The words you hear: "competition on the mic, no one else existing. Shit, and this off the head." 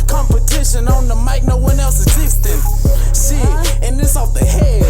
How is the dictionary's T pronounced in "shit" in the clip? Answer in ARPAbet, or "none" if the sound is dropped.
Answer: none